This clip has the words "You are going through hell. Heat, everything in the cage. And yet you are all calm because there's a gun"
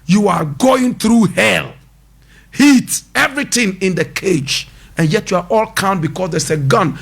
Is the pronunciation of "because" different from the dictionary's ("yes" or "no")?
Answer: yes